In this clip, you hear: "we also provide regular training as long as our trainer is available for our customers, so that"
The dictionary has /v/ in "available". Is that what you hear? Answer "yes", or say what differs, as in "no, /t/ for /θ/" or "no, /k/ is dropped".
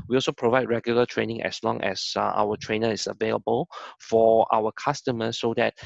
yes